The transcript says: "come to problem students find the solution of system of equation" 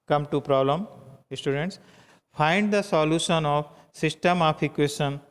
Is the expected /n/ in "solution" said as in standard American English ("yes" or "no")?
yes